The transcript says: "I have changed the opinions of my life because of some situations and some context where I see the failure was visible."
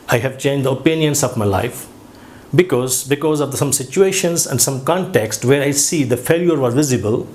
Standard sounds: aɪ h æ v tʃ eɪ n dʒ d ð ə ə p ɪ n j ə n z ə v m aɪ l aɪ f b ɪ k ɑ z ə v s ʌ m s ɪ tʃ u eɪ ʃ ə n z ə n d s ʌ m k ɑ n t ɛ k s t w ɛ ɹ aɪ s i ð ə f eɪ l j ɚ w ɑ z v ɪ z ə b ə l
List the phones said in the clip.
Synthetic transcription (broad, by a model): aɪ h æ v tʃ eɪ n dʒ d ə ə p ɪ n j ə n s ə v m aɪ l aɪ f b ɪ k ɑ z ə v s ʌ m s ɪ tʃ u eɪ ʃ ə n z ə n d s ʌ m k ɑ n t ɛ k s t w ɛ ɹ aɪ s i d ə f eɪ l j ɚ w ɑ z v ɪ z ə b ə l